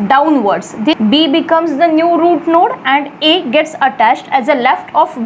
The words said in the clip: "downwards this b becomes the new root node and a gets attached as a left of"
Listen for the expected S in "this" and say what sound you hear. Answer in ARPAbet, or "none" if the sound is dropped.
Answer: none